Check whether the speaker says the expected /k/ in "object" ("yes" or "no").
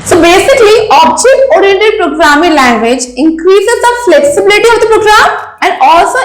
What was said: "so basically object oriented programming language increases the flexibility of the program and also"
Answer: yes